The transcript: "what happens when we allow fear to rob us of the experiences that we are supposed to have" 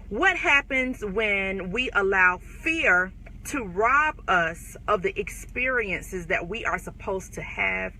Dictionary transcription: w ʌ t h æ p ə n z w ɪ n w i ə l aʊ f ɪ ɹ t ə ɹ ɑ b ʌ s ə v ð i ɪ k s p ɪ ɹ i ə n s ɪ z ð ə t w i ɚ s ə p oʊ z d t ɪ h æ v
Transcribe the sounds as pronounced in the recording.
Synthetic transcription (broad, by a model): w ʌ t h æ p ə n z w ɪ n w i ə l aʊ f ɪ ɹ t ə ɹ ɑ b ʌ s ə v ð i ɪ k s p ɪ ɹ i ə n s ɪ z ð ə t w i ɚ s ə p oʊ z t ɪ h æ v